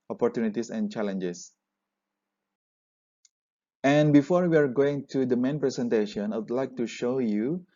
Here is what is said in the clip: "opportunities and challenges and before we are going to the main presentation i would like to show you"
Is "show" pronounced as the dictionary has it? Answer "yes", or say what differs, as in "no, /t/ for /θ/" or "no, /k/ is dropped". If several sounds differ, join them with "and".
yes